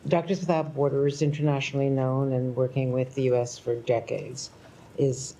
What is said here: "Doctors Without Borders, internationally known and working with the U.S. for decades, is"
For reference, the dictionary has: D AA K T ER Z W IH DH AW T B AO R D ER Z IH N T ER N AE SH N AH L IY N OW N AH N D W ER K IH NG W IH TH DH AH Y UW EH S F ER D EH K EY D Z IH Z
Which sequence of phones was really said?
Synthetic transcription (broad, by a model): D AA K T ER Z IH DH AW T B AO R D ER Z IH N T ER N AE SH N L IY N OW N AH N W ER K IH NG W IH DH AH Y UW EH S F ER D EH K EY D Z IH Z